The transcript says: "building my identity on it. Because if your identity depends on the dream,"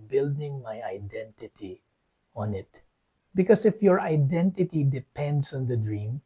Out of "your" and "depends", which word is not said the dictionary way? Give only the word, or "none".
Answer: depends